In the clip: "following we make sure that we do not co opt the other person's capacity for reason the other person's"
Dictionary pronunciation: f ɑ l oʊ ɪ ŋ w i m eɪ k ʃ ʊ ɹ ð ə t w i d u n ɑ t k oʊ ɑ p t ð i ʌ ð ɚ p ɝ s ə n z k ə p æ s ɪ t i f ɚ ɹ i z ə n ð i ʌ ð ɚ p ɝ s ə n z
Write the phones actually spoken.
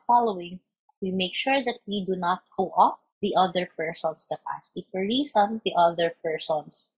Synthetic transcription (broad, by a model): f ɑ l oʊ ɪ ŋ w i m eɪ k ʃ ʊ ɹ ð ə t w i d u n ɑ t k oʊ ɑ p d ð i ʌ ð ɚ p ɝ s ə n s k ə p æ s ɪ t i f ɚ ɹ i s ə n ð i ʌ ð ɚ p ɝ s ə n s